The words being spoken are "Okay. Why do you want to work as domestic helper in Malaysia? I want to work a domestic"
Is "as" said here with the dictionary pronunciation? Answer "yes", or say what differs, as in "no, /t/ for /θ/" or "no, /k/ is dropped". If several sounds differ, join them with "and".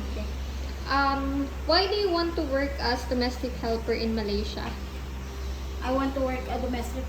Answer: no, /s/ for /z/